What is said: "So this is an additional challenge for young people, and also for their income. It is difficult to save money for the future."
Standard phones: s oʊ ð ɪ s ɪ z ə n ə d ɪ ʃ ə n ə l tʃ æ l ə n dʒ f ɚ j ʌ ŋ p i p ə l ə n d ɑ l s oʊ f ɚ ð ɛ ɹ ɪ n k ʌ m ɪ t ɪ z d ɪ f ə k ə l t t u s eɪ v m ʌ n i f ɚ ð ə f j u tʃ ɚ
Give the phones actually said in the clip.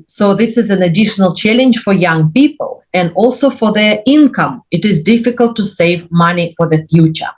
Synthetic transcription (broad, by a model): s oʊ ð ɪ s ɪ z ə n ə d ɪ ʃ ə n ə l tʃ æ l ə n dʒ f ɚ j ʌ ŋ p i p ə l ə n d ɑ l s oʊ f ɚ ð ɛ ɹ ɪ n k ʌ m ɪ t ɪ z d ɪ f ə k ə l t t u s eɪ v m ʌ n i f ɚ ð ə f j u tʃ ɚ